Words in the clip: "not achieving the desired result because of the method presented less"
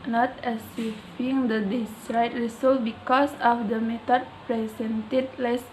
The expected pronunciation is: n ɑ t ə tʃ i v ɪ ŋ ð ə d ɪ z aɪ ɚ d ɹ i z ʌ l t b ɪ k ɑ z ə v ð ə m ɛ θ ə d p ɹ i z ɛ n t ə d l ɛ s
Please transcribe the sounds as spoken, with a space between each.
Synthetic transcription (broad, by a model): n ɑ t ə s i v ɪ ŋ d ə d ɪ s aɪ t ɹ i s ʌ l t b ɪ k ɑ s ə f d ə m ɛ t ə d p ɹ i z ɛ n t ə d l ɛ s